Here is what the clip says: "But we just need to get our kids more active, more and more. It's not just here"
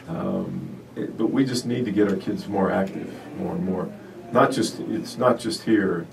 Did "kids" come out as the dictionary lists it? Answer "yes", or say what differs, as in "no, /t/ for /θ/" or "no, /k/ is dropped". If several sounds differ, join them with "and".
yes